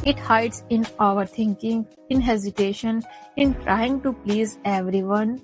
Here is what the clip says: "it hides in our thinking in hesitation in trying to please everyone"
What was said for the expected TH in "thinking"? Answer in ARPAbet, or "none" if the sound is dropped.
T